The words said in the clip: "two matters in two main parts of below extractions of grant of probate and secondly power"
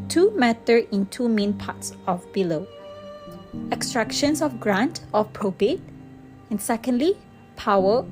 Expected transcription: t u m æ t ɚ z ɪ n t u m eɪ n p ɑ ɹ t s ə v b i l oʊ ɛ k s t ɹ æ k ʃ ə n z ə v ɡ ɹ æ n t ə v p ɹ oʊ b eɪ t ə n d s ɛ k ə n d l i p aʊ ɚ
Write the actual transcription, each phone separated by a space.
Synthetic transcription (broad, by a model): t u m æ t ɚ ɪ n t u m eɪ n p ɑ t s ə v b i l oʊ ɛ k s t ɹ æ k ʃ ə n s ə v ɡ ɹ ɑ n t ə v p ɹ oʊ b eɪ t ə n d s ɛ k ə n d l i p aʊ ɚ